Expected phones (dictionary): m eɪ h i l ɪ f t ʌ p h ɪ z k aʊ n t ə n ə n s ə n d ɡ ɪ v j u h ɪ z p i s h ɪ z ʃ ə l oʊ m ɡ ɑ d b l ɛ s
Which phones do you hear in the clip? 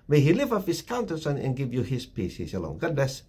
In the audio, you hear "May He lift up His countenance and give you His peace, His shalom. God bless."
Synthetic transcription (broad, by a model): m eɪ h i l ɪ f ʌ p h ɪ s k aʊ n t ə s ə n ə n ɡ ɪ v j u h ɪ s p i s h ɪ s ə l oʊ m ɡ ɑ d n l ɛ s